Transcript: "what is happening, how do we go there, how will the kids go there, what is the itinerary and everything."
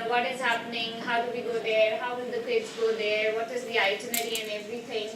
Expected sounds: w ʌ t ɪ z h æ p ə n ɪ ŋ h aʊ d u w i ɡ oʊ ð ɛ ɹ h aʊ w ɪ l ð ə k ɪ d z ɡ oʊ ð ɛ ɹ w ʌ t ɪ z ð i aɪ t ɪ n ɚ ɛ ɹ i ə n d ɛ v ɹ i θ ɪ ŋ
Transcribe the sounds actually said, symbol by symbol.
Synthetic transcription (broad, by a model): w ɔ t ɪ z h æ p ə n ɪ ŋ h aʊ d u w i ɡ oʊ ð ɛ ɹ h aʊ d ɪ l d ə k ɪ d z ɡ oʊ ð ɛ ɹ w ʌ t ɪ z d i aɪ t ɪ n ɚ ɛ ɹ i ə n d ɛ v ɹ i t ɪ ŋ